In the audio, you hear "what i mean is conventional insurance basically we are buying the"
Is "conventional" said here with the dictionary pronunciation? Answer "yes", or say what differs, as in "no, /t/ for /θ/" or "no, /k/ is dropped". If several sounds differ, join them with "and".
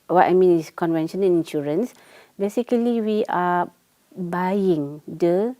no, /n/ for /l/